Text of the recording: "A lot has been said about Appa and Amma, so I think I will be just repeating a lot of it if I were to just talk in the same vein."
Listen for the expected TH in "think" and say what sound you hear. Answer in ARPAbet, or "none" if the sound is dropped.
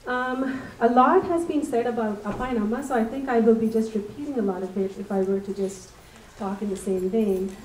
TH